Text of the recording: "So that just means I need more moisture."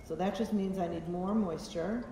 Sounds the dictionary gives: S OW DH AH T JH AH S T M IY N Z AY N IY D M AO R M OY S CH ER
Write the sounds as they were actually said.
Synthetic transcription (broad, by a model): S OW DH AH T JH AH S T M IY N Z AY N IY D M AO R M OY S CH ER